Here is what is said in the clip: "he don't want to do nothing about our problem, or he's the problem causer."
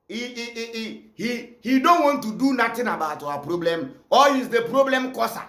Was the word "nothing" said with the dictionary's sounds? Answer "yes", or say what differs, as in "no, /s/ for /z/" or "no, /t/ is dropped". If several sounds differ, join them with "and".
no, /t/ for /θ/